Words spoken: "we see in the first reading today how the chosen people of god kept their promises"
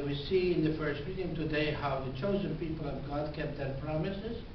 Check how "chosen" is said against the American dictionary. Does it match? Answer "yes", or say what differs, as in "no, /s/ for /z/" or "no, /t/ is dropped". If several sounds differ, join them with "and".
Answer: yes